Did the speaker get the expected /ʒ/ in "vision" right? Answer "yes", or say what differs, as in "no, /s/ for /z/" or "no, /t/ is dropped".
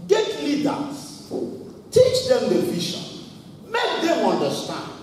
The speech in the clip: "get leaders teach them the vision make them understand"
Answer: no, /ʃ/ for /ʒ/